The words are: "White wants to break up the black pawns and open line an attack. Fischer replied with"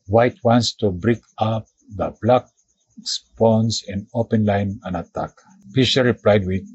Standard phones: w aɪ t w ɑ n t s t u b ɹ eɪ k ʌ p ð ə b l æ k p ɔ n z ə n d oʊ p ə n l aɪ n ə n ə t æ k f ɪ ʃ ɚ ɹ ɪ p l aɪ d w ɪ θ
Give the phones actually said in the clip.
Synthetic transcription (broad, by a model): w aɪ t w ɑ n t s t u b ɹ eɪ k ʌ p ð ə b l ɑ k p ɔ n s ə n d oʊ p ə n l aɪ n ə n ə t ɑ k p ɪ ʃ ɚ ɹ ɪ p l aɪ d w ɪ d